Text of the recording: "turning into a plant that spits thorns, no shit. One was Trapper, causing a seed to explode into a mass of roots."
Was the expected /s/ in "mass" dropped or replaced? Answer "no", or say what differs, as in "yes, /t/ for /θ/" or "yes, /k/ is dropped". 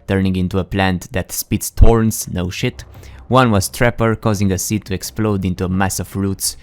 no